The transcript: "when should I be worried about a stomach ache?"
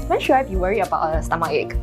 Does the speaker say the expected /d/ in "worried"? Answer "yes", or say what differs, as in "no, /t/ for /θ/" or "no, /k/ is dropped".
no, /d/ is dropped